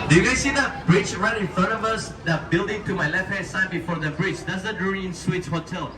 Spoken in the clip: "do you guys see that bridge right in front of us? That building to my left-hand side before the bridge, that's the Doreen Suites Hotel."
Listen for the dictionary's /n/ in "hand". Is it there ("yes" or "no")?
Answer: no